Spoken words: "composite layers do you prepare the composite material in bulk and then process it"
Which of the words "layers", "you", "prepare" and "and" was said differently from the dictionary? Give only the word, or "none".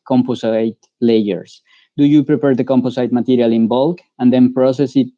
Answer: layers